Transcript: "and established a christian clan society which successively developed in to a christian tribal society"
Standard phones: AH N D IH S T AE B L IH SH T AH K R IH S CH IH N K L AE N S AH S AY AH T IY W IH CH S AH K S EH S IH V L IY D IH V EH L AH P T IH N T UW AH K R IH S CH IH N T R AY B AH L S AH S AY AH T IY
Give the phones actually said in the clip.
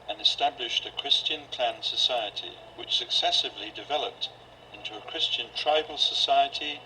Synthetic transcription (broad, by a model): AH N IH S T AE B L IH SH T AH K R IH S CH IH N K L AE N S AH S AY AH T IY W IH CH S AH K S EH S IH V L IY D IH V EH L AH P T IH N T UW AH K R IH S CH IH N T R AY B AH L S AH S AY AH T IY